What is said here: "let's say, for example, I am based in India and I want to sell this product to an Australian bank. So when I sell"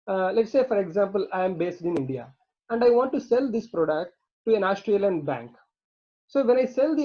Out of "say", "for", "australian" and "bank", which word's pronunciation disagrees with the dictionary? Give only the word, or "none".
none